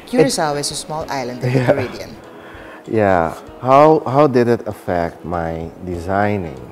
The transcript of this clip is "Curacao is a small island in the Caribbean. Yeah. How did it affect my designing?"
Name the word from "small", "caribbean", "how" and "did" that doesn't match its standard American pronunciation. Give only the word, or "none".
caribbean